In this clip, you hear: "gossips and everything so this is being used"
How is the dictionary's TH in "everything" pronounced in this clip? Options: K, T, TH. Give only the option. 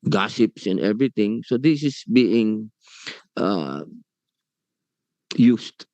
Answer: T